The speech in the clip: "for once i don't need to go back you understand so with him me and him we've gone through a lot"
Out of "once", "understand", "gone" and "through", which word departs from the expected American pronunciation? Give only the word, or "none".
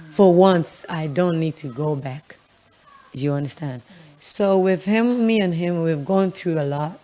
none